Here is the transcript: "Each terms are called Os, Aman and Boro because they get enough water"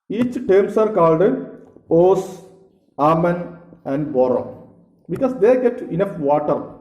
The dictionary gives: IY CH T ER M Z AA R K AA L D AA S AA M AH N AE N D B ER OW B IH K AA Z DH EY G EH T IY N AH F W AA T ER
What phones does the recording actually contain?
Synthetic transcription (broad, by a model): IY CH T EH M S AA R K AA L D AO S AA M AH N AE N D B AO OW B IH K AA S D EY G EH T IY N AH F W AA T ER